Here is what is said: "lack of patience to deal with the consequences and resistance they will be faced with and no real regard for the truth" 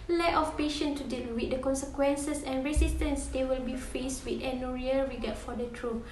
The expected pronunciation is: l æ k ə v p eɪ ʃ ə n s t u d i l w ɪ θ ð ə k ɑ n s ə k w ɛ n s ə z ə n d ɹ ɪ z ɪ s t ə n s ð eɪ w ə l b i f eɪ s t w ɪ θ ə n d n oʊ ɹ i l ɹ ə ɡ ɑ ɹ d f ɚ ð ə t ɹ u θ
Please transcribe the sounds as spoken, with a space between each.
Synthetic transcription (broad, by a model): l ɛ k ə f p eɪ ʃ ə n t u d i l w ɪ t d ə k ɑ n s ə k w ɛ n s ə s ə n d ɹ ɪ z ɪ s t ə n s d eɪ w ə l b i f eɪ s t w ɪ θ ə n n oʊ ɹ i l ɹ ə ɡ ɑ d f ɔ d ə t ɹ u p